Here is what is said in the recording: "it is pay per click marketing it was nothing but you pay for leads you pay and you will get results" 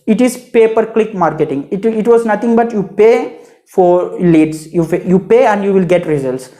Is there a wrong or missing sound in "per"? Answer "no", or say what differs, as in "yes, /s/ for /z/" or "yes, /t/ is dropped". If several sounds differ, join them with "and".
no